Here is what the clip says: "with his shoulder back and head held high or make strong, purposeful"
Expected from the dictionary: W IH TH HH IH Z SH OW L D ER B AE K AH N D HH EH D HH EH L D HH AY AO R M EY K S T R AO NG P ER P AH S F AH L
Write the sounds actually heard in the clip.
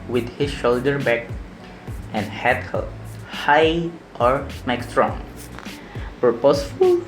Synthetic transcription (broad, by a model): W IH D HH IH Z SH OW L D ER B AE K AH N D HH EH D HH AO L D HH AY AO R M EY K S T R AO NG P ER P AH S F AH L